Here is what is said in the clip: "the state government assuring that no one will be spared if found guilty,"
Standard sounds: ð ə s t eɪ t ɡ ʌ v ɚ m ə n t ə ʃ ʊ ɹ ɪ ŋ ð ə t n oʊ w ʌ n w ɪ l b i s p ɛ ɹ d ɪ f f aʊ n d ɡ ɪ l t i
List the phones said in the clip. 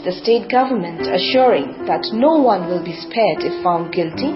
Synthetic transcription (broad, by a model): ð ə s t eɪ t ɡ ʌ v ɚ m ə n t ə ʃ ʊ ɹ ɪ ŋ ð ə t n oʊ w ʌ n w ɪ l b i s p ɛ ɹ d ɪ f f aʊ n d ɡ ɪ l t i